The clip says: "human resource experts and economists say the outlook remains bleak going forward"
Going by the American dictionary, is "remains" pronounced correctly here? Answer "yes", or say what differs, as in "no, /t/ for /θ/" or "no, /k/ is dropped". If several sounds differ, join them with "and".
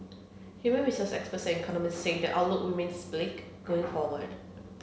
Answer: no, /w/ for /ɹ/ and /s/ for /z/